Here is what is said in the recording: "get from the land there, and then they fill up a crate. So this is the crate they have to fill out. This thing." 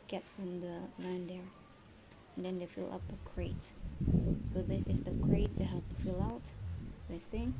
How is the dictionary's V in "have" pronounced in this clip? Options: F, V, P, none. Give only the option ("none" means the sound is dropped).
P